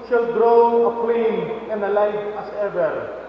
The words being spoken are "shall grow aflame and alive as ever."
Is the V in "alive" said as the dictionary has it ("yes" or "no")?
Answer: no